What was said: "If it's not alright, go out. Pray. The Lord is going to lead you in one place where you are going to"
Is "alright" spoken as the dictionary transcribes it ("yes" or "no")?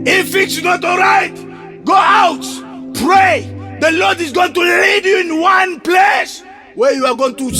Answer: yes